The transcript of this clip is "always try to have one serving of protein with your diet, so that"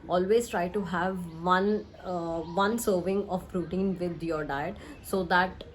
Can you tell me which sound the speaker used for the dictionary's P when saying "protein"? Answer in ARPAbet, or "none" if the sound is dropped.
F